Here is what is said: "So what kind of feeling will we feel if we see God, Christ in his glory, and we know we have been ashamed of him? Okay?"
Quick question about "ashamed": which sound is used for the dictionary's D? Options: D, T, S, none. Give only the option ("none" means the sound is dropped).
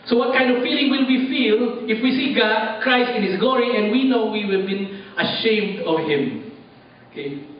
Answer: D